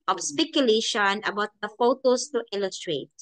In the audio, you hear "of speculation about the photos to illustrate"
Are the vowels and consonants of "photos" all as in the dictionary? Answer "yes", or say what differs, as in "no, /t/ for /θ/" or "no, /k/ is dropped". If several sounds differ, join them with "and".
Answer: no, /s/ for /z/